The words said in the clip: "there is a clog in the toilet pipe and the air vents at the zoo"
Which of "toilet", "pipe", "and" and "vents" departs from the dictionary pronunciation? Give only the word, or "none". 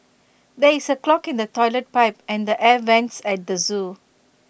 none